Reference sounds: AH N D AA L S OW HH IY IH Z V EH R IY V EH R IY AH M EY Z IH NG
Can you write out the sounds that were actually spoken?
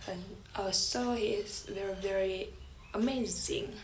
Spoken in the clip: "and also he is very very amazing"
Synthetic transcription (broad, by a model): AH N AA S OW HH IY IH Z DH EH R V EH R IY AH M EY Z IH NG